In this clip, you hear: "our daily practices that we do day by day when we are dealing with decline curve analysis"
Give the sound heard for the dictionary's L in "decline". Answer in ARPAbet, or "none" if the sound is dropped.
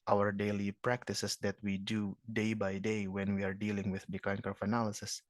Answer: none